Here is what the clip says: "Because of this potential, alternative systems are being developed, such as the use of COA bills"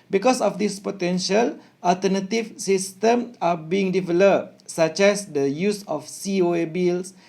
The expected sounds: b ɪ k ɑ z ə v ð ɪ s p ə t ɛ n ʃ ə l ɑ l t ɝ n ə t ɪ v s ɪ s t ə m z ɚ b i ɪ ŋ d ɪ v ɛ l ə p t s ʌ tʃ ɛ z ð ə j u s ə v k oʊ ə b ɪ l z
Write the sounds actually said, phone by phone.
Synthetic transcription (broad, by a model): b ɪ k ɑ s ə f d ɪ s p ə t ɛ n ʃ ə l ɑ l t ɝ n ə t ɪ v s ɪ s t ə m ɑ b i ɪ ŋ d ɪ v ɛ l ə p s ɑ tʃ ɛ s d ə j u s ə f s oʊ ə b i l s